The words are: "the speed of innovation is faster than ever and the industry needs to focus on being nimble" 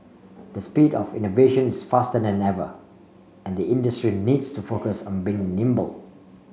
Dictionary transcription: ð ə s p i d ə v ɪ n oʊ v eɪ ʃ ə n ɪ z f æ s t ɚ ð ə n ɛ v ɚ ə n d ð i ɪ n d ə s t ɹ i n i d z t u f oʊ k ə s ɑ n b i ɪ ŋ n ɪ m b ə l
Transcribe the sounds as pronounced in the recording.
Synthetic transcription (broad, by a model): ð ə s p i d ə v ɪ n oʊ v eɪ ʃ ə n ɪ s f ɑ s t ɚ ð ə n ɛ v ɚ ə n d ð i ɪ n d ə s t ɹ i n i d s t u f oʊ k ə s ɑ n b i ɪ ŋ n ɪ m b ə l